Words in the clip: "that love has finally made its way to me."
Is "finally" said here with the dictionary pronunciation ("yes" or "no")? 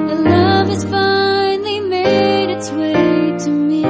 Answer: no